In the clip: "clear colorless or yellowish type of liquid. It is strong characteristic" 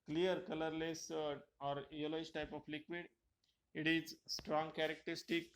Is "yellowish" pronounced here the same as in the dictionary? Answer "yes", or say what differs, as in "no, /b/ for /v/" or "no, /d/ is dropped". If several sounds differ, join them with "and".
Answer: no, /s/ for /ʃ/